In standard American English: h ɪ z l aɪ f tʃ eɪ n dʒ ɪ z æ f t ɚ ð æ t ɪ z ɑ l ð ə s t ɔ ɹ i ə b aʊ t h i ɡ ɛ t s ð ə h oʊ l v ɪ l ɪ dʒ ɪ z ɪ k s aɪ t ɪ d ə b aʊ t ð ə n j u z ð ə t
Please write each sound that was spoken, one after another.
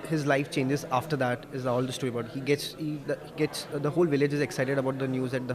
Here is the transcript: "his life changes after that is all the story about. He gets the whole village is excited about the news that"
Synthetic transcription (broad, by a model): h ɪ z l aɪ f tʃ eɪ n dʒ ɪ z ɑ f t ɚ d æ t ɪ z ɑ l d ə s t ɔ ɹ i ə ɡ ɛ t h i ɡ ɛ t s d ə h oʊ l v ɪ l ɪ dʒ ɪ z ɪ k s aɪ t ɪ d ə b aʊ t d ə n j u z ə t